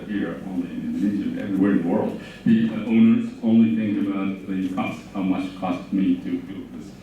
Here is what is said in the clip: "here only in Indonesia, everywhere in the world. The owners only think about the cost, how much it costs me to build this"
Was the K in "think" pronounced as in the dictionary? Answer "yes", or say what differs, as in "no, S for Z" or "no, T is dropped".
no, K is dropped